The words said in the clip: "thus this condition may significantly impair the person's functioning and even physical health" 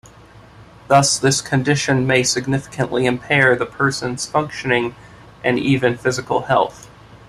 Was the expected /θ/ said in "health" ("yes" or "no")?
yes